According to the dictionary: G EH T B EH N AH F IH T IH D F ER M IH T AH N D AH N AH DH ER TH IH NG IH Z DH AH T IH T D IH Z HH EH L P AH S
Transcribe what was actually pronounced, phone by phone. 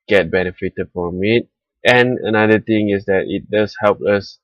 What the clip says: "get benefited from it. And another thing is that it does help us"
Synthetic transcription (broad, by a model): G EH T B EH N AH F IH T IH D F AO M IH T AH N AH N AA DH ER T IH NG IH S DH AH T IH T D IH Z HH EH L P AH S